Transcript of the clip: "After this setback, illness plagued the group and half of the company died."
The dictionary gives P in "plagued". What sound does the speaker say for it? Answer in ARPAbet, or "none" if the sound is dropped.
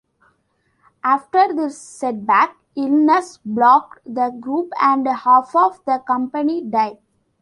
B